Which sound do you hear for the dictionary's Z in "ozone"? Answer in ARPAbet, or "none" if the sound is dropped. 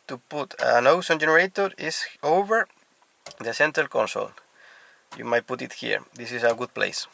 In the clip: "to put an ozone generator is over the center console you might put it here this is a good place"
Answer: S